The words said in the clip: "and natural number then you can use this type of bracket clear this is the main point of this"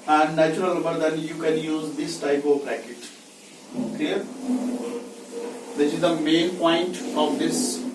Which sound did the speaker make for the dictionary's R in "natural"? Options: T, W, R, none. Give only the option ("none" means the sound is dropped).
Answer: none